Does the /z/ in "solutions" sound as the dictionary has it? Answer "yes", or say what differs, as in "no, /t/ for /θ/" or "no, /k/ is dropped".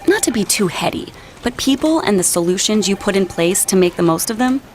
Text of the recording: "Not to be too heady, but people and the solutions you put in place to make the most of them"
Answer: yes